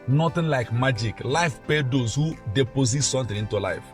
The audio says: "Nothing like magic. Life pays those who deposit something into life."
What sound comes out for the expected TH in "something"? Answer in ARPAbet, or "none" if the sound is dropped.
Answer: T